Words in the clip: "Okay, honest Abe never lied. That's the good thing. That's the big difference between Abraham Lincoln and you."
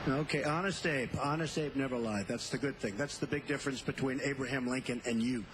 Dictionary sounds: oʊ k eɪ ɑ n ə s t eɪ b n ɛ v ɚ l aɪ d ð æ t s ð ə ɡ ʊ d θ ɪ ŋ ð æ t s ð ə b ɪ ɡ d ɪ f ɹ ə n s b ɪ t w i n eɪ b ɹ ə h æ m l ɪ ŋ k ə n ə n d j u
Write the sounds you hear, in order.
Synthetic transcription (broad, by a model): oʊ k eɪ ɑ n ə s t eɪ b n ɛ v ɚ l aɪ ð æ t s ð ə ɡ ʊ d θ ɪ ŋ ð æ t s ð ə b ɪ ɡ d ɪ f ɹ ə n s b ɪ t w i n eɪ b ɹ ə h æ m l ɪ ŋ k ə n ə n j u